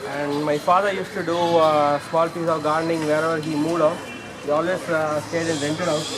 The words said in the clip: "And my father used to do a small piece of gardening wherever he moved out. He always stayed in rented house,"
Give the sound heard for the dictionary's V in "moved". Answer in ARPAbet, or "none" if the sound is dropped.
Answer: none